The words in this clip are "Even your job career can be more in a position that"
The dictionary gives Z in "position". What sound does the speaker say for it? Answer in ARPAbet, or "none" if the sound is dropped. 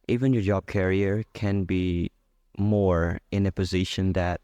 Z